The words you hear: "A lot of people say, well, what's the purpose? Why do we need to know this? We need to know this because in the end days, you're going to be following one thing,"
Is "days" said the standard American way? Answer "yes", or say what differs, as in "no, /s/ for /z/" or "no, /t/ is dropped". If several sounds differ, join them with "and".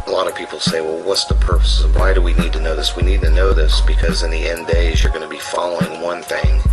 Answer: yes